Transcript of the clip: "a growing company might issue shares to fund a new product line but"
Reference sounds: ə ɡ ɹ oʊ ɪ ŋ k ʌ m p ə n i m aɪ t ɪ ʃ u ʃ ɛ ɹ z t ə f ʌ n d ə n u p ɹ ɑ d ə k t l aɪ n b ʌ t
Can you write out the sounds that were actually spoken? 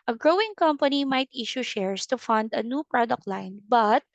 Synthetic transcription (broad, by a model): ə ɡ ɹ oʊ ɪ ŋ k ʌ m p ə n i m aɪ t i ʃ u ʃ ɛ ɹ s t ə f ʌ n d ə n u p ɹ ɑ d ə k t l aɪ n b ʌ t